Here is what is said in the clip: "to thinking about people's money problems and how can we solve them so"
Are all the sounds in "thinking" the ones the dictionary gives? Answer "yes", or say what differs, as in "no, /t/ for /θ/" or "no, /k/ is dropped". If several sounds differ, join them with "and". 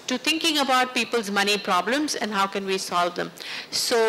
no, /t/ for /θ/